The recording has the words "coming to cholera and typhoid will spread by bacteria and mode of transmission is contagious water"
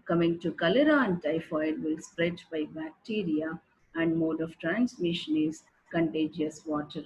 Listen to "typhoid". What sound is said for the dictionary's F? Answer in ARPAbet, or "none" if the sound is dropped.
F